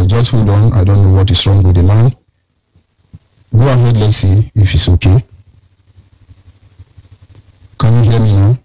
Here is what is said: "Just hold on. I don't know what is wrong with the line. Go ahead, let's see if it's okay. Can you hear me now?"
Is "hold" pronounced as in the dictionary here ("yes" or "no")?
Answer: no